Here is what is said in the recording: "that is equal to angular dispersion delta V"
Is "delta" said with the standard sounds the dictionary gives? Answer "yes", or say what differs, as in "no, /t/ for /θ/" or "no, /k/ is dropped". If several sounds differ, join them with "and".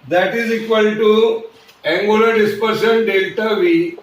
yes